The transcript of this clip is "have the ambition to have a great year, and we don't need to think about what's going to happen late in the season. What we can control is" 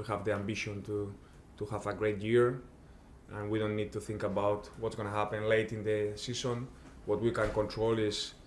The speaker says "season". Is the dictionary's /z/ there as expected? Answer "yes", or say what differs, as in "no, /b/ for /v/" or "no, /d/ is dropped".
no, /s/ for /z/